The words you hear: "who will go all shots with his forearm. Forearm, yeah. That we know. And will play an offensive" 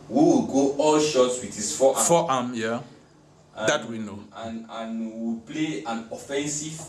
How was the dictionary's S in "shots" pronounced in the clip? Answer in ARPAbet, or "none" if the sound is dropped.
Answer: S